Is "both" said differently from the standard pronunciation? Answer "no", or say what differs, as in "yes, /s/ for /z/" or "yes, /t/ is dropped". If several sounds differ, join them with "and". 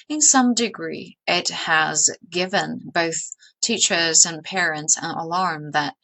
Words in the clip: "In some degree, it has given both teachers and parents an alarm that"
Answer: no